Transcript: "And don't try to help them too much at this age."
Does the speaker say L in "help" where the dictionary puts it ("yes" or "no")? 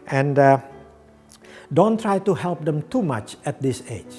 yes